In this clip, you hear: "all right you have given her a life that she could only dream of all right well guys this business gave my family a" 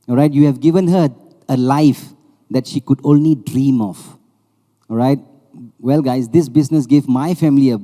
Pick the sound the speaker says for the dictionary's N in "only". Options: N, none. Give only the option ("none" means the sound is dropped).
N